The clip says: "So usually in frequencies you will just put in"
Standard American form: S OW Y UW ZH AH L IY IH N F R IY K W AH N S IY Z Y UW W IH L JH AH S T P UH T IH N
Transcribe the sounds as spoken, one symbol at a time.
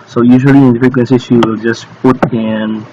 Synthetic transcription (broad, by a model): S OW Y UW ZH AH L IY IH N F IY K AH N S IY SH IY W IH L JH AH S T P UH T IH N